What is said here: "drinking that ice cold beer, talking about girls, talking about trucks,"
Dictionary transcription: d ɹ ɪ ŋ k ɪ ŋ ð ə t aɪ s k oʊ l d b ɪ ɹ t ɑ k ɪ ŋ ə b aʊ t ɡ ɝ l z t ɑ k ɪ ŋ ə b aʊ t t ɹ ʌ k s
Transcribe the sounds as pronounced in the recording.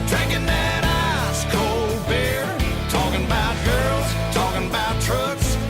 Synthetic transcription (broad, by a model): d ɹ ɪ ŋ k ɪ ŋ ð ə t aɪ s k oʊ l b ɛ ɹ t ɑ k ɪ ŋ ə b aʊ t ɡ ɝ l z t ɑ k ɪ ŋ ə b aʊ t t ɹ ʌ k s